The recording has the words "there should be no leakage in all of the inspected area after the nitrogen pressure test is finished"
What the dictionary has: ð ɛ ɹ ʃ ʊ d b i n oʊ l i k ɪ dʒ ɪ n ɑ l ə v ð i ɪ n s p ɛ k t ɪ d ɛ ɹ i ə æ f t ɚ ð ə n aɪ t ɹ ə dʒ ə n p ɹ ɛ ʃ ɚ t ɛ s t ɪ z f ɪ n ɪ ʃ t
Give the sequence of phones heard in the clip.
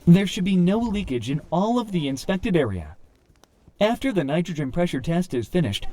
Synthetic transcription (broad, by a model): ð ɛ ɹ ʃ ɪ d b i n oʊ l i k ɪ dʒ ɪ n ɑ l ə v ð i ɪ n s p ɛ k t ɪ d ɛ ɹ i ə æ f t ɚ ð ə n aɪ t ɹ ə dʒ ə n p ɹ ɛ ʃ ɚ t ɛ s t ɪ z f ɪ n ɪ ʃ t